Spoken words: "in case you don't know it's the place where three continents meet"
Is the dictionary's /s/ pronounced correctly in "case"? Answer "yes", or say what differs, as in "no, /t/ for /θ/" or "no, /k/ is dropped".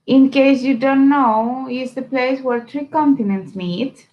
yes